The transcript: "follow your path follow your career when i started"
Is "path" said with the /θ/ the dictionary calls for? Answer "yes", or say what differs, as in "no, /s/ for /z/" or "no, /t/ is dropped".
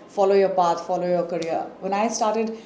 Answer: no, /t/ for /θ/